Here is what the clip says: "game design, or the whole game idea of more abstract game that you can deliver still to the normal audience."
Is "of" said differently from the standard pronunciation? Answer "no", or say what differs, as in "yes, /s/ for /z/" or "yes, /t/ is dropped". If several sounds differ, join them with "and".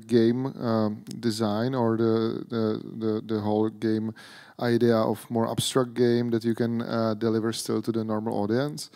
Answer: yes, /f/ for /v/